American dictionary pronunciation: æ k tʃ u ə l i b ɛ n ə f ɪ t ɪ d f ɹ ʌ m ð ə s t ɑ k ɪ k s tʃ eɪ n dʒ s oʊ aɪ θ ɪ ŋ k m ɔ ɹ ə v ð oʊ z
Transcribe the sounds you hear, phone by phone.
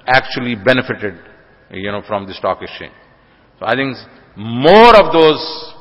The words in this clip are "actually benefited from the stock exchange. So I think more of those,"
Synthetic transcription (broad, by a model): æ k tʃ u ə l i b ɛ n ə f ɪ t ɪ d f ɹ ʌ m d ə s t ɑ k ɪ s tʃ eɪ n s oʊ aɪ t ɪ ŋ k m ɔ ɹ ə v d oʊ z